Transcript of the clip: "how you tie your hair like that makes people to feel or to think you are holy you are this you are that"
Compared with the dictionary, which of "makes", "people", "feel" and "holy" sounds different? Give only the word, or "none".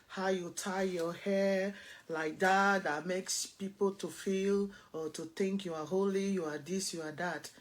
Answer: none